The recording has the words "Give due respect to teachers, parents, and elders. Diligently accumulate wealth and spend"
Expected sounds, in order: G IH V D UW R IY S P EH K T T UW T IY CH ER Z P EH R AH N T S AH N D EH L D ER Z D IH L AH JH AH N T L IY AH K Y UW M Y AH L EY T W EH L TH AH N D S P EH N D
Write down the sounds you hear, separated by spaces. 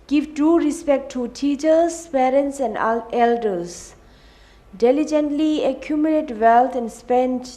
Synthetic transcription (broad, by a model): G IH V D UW R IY S P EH K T T UW T IY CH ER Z P EH R AH N T S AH N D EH L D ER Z D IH L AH JH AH N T L IY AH K Y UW M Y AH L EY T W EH L T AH N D S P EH N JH